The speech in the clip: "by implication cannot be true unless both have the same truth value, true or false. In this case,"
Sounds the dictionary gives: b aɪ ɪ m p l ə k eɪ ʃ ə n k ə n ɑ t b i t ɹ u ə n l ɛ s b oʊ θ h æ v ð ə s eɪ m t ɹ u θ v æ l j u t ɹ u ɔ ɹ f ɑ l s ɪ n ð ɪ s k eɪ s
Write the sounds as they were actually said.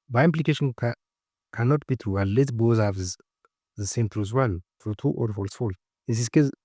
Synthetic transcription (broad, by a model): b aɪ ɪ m p l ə k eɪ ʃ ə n k ə n ɑ t b i t ɹ u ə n l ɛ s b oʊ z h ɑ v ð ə s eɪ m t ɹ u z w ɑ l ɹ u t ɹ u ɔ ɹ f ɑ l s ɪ l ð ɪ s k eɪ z